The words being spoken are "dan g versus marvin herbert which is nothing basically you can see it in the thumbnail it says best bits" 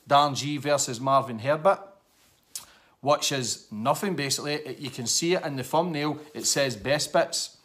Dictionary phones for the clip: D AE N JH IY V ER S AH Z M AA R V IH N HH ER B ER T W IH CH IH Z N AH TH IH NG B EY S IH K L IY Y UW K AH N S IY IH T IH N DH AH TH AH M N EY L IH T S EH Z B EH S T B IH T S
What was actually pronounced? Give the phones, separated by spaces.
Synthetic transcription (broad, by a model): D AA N JH IY V ER S AH Z M AA R V IH N HH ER B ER T W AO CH IH Z N AH TH IH NG B EY S IH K L IY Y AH K AH N S IY IH T IH N DH AH F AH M N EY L IH T S EH Z B EH S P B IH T S